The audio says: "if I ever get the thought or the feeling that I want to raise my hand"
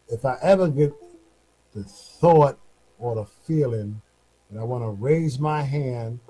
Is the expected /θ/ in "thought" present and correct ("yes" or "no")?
yes